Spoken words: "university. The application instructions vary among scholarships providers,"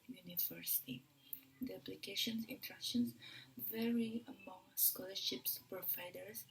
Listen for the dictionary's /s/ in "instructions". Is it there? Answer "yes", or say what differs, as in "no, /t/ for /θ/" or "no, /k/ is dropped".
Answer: no, /s/ is dropped